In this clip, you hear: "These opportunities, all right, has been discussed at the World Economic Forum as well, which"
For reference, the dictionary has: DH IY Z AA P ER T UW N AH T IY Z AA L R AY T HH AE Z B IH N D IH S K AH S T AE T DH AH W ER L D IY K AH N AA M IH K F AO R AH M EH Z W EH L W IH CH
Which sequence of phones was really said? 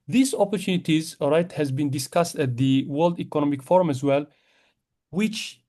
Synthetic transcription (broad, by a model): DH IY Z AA P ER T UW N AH T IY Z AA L R AY T HH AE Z B IH N D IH S K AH S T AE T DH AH W ER L D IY K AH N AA M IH K F AO R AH M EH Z W EH L W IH CH